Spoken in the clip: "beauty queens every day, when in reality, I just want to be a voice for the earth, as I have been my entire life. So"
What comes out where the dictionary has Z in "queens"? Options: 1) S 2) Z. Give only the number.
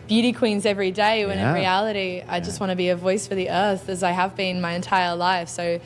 2